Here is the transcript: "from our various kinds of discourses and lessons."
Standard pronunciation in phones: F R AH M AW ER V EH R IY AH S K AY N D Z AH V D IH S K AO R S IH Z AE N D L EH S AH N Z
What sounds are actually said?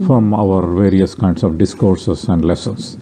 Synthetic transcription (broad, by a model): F R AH M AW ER V EH R IY AH S K AY N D S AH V D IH S K AO R S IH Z AE N D L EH S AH N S